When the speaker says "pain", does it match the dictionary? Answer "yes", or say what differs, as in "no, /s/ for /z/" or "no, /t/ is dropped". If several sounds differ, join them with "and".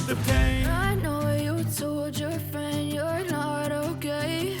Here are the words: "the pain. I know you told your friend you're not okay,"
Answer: no, /n/ is dropped